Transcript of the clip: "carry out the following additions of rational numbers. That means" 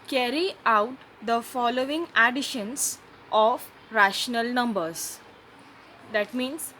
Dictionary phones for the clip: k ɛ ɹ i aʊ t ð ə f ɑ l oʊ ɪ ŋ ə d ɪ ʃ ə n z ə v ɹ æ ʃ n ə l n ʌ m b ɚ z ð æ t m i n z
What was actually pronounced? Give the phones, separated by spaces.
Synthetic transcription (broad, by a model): k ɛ ɹ i aʊ t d ə f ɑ l oʊ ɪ ŋ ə d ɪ ʃ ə n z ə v ɹ æ ʃ n ə l n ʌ m b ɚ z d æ t m i n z